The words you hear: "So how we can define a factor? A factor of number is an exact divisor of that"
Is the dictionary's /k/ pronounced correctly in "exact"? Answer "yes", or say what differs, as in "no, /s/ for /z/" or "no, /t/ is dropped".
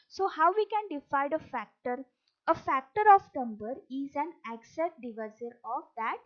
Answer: no, /k/ is dropped